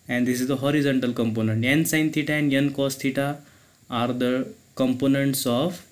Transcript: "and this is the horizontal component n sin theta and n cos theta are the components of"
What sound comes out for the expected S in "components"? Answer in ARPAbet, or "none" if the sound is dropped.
S